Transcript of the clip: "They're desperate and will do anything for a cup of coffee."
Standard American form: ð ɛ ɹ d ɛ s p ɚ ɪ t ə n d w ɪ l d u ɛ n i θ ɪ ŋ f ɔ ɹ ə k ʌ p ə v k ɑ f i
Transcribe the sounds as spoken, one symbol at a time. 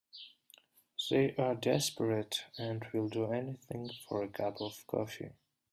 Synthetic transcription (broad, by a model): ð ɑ ɹ d ɛ s p ɚ ɪ t ə n d w ɪ l d u ɛ n i θ ɪ ŋ f ɔ ɹ ə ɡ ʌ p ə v k ɑ f i